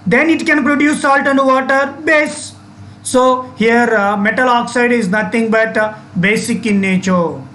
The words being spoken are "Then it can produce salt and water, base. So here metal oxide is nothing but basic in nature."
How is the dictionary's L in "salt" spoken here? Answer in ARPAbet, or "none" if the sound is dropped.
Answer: L